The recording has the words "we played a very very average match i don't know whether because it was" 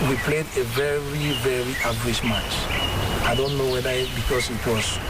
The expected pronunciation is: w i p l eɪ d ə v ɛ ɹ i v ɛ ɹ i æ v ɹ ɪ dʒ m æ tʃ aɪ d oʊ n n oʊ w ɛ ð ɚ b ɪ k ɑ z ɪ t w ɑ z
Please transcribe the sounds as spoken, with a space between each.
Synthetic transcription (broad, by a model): w i p l eɪ d ə v ɛ ɹ i v ɛ ɹ i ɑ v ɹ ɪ ʃ m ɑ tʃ aɪ d oʊ n n oʊ w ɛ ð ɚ b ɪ k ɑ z ɪ t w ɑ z